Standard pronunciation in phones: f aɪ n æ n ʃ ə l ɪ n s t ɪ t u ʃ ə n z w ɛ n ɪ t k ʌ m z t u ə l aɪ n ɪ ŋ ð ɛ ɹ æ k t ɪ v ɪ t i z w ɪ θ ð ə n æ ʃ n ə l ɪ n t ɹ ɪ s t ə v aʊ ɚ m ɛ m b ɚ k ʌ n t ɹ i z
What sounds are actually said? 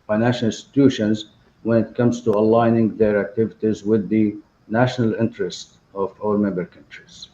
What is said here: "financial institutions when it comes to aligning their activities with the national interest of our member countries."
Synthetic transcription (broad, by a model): f aɪ n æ n ʃ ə l ɪ n s t ɪ t u ʃ ə n z w ɛ n ɪ t k ʌ m z t u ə l aɪ n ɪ ŋ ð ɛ ɹ æ k t ɪ v ɪ t i z w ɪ ð ə n æ ʃ n ə l ɪ n t ɹ ɪ s t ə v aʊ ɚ m ɛ m b ɚ k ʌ n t ɹ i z